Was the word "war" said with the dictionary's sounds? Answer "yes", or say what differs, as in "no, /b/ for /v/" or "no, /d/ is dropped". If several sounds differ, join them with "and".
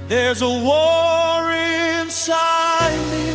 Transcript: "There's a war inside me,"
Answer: yes